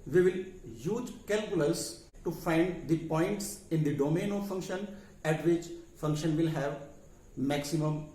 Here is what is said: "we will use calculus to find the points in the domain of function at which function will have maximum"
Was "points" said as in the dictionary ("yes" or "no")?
yes